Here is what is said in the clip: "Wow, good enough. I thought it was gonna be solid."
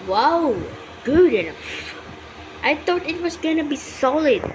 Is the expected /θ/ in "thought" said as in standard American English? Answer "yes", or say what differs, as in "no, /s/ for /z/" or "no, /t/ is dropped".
no, /t/ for /θ/